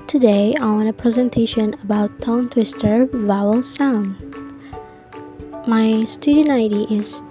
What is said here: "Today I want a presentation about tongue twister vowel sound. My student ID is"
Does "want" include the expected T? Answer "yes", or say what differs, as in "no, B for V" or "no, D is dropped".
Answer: no, T is dropped